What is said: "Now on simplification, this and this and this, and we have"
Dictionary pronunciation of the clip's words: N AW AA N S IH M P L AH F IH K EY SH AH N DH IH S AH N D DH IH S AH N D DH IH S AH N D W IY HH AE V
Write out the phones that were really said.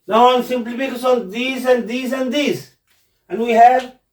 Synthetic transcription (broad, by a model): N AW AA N S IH M P L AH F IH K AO S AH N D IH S AH N D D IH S AH N D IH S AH N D W IY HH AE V